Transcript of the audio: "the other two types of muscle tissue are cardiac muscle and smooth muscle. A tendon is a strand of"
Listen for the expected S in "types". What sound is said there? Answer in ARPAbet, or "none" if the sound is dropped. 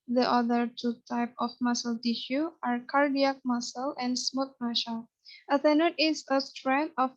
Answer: none